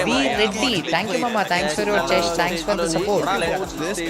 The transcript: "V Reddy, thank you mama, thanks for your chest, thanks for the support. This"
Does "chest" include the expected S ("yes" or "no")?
no